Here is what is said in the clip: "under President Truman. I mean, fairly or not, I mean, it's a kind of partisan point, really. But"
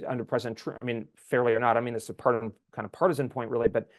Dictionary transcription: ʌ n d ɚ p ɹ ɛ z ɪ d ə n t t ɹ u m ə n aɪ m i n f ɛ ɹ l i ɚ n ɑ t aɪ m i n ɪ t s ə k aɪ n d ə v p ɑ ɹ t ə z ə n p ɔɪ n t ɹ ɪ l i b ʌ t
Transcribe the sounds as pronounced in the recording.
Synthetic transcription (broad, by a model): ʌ n d ɚ p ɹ ɛ z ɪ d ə n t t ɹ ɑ ə m i n f ɛ ɹ l i ɚ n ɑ t aɪ m i n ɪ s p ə k aɪ n d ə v p ɑ ɹ t ə z ə n p ɔɪ n t ɹ ɪ l i b ʌ t